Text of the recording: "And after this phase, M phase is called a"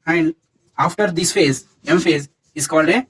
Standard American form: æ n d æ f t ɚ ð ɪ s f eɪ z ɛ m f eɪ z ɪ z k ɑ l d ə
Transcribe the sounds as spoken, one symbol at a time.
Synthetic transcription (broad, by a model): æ n d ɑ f t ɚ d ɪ s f eɪ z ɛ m f eɪ z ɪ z k ɑ l d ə